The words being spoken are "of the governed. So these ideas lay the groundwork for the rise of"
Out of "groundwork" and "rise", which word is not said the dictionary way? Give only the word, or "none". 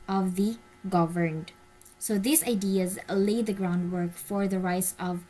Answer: rise